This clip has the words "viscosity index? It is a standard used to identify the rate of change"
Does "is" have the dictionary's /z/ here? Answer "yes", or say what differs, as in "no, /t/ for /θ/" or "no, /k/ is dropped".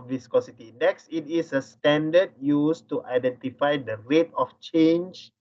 no, /s/ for /z/